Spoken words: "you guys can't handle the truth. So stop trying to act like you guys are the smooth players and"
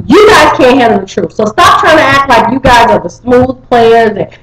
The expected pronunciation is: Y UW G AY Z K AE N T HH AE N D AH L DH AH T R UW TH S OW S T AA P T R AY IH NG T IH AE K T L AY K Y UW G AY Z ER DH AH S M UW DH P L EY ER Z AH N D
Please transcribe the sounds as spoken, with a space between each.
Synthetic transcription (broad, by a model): Y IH G AY Z K AE N T HH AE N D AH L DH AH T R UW F S OW S T AA P T R AY IH NG T IH AE K T L AY K Y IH G AY Z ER DH AH S M UW DH P L EY ER Z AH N